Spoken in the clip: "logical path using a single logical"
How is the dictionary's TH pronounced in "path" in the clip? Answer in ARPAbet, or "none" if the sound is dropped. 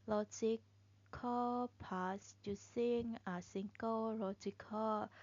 S